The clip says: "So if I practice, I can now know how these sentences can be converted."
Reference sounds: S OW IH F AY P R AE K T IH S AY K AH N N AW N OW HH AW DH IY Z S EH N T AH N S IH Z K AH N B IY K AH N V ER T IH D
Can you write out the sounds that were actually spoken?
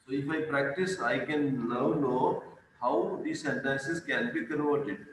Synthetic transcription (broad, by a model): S OW IH F AY P R AE K T IH S AY K AH N L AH N OW HH AW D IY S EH N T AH N S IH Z K AH N B IY K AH N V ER T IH D